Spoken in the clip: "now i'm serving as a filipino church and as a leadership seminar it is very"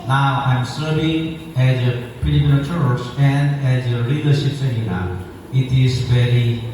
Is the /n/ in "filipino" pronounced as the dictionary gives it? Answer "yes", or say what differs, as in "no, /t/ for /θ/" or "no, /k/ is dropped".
no, /l/ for /n/